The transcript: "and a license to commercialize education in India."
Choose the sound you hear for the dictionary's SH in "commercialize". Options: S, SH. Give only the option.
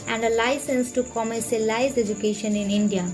S